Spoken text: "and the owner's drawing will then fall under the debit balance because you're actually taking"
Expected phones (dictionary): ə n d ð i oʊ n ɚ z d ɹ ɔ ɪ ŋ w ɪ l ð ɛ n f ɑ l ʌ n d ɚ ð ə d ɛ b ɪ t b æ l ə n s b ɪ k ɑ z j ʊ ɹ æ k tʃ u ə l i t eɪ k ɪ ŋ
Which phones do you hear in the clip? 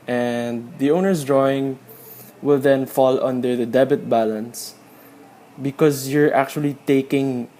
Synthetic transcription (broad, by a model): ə n d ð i oʊ n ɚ s d ɹ ɔ ɪ ŋ w ɪ l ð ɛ n f ɑ l ʌ n d ɚ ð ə d ɛ b ɪ t b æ l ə n s b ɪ k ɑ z j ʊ ɹ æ k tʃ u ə l i t eɪ k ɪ ŋ